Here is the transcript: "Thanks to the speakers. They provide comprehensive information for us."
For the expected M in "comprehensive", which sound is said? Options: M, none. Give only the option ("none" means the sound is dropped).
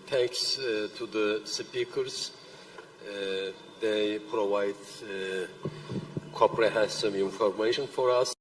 none